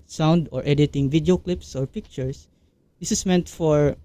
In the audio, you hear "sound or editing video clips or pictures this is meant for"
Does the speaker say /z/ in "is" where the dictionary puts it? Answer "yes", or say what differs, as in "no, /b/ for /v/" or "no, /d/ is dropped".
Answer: no, /s/ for /z/